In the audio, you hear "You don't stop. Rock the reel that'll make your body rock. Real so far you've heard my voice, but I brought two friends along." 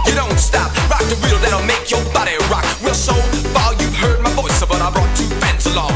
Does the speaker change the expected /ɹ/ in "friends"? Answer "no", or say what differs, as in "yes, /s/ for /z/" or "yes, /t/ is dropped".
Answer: yes, /ɹ/ is dropped